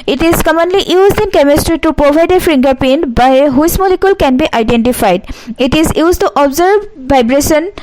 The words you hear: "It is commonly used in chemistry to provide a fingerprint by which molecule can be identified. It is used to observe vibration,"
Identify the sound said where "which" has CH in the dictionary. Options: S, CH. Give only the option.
S